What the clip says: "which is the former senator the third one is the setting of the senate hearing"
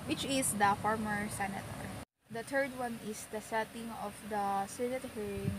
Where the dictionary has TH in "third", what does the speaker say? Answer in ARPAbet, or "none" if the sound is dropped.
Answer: T